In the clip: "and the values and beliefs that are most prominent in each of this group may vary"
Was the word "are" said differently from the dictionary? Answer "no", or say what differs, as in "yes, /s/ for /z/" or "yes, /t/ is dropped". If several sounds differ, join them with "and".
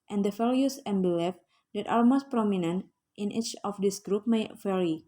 yes, /l/ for /ɹ/